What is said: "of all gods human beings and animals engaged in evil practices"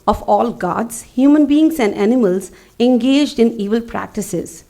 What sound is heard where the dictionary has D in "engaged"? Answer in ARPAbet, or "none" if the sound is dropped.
D